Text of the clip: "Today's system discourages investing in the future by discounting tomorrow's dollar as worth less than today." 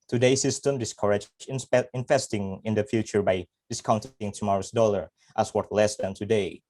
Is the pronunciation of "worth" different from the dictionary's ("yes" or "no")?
yes